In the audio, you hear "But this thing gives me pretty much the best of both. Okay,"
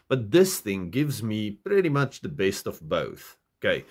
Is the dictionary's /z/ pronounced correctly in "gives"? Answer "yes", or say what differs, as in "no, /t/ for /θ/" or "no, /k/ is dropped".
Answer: yes